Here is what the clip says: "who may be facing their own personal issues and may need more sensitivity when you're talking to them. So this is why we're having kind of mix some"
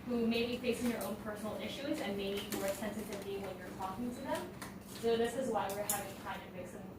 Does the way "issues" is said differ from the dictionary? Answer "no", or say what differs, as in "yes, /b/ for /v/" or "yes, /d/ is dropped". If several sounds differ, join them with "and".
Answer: no